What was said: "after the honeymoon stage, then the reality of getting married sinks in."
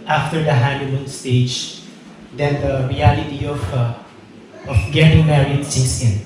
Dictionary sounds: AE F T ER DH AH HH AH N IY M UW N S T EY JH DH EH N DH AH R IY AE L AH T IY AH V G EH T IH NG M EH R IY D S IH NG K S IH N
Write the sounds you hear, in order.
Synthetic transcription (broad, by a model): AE F T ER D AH HH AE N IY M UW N S T EY JH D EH N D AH R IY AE L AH T IY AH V G EH T IH NG M EH R IY D S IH K S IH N